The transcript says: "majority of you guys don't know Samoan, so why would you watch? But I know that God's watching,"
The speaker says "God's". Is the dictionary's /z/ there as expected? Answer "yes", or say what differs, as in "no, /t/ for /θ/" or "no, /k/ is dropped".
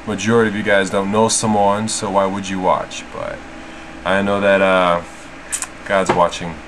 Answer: yes